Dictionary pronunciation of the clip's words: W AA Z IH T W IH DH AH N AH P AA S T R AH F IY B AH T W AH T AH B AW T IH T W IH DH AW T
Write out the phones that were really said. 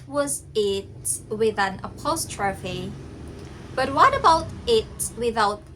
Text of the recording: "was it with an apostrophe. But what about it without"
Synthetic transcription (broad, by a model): W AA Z IH T W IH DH AH N AH P AA S T R AH F IY B AH T W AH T AH B AW T IH T W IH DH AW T